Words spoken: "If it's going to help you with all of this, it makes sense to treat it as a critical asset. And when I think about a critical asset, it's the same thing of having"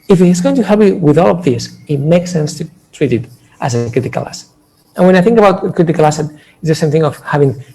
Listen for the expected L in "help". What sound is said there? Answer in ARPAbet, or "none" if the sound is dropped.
none